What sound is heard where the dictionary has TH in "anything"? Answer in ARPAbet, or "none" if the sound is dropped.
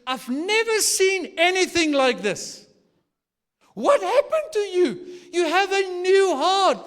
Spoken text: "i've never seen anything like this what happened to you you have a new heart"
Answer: TH